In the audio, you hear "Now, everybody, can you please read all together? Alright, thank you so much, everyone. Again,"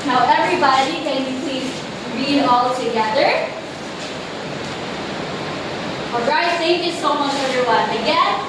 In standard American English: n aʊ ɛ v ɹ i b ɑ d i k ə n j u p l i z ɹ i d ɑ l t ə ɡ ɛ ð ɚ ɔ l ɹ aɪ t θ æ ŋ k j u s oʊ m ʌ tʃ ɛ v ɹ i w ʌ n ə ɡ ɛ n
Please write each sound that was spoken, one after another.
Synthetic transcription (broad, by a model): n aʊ ɛ v ɹ i b ɑ d i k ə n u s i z ɹ i d ɑ l t ə ɡ ɛ ð ɚ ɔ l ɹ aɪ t s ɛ k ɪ s oʊ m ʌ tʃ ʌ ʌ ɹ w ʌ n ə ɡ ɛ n